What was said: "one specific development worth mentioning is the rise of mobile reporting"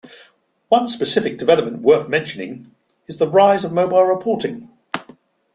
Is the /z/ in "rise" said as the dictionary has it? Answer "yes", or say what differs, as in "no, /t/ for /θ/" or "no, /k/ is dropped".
yes